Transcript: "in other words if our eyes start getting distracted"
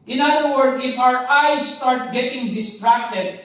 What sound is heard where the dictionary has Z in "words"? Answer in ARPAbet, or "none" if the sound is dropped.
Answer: none